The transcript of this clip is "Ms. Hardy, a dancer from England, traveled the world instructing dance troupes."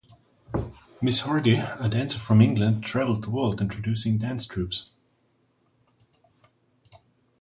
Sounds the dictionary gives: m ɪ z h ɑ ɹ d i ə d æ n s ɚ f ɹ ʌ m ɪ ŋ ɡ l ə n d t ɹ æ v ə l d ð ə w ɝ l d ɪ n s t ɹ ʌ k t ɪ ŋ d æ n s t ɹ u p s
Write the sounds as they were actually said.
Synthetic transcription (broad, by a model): m ɪ s h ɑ ɹ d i ə d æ n s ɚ f ɹ ʌ m ɪ ŋ ɡ l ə n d t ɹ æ v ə l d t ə w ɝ l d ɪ n t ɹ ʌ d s ɪ ŋ d æ n s t ɹ u p s